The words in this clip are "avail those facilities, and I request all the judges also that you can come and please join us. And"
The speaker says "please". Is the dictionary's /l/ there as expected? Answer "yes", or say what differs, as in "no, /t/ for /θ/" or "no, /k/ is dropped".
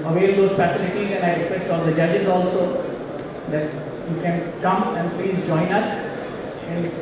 yes